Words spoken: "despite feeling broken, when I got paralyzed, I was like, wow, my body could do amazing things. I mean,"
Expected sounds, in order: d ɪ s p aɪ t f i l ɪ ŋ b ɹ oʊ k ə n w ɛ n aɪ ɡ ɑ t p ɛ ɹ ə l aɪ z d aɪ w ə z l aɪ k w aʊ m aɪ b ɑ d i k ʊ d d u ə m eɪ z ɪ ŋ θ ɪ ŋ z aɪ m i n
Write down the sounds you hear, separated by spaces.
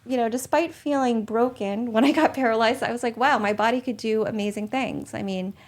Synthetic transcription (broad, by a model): d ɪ s p aɪ t f i l ɪ ŋ b ɹ oʊ k ə n w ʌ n aɪ ɡ ɑ t p ɛ ɹ ə l aɪ z d aɪ w ə z l aɪ k w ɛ m aɪ b ɑ d i k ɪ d d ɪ ə m eɪ z ɪ ŋ θ ɪ ŋ z aɪ m i n